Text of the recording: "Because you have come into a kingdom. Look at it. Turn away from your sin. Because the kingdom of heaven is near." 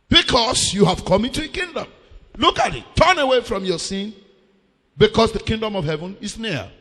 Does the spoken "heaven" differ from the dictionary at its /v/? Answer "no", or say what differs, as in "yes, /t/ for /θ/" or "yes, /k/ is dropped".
no